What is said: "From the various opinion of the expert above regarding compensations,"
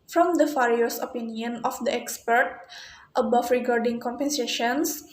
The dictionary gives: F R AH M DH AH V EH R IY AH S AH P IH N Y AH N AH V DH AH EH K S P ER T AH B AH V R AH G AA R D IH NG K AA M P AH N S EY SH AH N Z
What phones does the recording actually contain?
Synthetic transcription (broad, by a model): F R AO M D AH F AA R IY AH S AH P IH N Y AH N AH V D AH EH K S P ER T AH B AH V R AH G AA R D IH NG K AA M P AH N S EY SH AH N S